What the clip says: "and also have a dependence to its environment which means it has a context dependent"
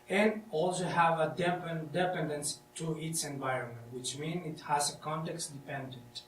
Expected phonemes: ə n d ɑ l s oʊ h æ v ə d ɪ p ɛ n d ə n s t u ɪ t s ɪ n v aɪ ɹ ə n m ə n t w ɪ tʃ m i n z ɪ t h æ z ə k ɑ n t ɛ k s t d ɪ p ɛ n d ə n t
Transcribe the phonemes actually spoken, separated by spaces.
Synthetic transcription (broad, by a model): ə n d ɑ l s oʊ h æ v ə d ɪ p ɛ n d ə n s t u ɪ t s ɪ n v aɪ ɹ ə n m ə n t w ɪ tʃ m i n ɪ t h æ z ə k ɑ n t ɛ k s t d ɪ p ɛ n d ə n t